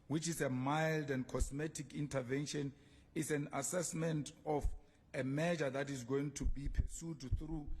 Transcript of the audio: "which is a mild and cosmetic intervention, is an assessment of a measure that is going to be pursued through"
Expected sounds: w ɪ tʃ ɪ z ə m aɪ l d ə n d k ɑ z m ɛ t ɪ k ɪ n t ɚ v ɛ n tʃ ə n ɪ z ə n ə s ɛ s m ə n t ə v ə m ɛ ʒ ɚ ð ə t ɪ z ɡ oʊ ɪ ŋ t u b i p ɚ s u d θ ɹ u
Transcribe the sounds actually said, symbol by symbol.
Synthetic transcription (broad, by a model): w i tʃ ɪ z ə m aɪ l d ə n d k ɑ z m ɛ t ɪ k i n t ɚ v ɛ n ʃ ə n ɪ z ə n ə s ɛ s m ə n t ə f ə m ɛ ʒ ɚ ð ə t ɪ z ɡ oʊ ɪ ŋ t u b i p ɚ s u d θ ɹ u